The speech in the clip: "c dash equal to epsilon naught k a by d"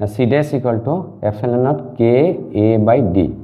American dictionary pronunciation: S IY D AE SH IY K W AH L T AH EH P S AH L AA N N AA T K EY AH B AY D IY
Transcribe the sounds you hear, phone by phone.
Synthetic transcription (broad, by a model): S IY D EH S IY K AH L T AH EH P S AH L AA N N AA T K EY B AY D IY